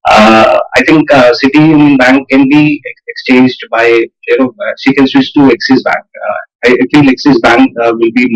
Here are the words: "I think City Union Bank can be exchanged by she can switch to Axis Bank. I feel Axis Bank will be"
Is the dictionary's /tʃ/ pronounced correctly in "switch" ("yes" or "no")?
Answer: no